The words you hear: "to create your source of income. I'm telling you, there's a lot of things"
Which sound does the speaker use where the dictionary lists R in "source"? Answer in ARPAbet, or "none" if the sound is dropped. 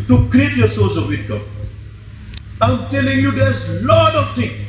L